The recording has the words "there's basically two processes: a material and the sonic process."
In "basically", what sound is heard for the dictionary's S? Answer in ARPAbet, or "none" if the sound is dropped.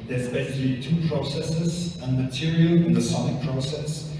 SH